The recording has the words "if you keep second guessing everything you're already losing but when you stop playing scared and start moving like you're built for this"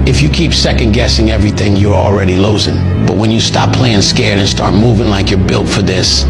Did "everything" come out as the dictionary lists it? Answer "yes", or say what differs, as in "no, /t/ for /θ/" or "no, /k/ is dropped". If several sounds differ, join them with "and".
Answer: yes